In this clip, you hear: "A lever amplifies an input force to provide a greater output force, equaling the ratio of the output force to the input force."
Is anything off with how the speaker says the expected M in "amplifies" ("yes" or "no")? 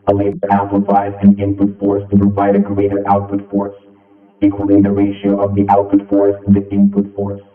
yes